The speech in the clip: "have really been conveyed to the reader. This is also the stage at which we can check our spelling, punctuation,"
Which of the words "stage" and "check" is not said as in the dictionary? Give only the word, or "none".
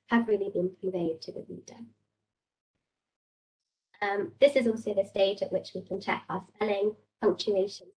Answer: none